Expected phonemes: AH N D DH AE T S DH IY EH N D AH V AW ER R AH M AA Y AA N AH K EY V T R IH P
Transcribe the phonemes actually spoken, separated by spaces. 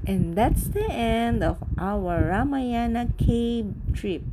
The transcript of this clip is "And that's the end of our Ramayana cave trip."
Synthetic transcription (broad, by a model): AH N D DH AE T S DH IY EH N D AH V AW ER R AH M AA Y AA N AH K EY B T R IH P